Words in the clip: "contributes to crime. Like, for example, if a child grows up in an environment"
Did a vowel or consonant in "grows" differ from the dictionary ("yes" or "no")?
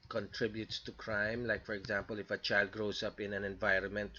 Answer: yes